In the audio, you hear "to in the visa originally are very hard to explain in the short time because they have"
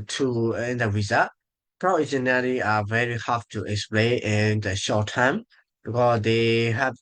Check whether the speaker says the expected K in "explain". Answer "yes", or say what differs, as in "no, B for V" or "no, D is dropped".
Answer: yes